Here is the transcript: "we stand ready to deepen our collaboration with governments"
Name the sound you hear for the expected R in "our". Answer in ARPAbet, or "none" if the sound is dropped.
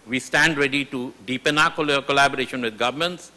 L